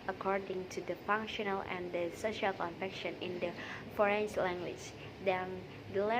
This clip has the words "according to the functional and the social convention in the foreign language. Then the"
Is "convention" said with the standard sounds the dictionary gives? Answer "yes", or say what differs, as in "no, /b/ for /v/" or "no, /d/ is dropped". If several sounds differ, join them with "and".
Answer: no, /f/ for /v/